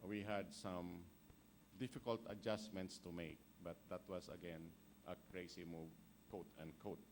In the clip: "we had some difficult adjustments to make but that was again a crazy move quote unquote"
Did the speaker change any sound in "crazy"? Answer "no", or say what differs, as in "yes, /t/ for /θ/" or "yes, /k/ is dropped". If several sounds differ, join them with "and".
yes, /s/ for /z/